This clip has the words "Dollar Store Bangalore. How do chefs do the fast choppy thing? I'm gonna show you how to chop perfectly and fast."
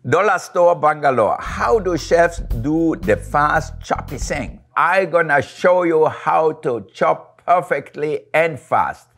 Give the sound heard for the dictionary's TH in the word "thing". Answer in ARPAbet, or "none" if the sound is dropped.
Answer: S